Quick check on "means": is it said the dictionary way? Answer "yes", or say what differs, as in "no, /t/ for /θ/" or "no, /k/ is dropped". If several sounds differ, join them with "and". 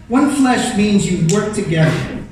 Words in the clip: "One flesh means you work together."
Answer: yes